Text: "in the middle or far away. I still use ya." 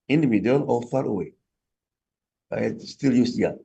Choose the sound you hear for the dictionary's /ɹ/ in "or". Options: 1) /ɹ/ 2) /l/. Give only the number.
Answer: 2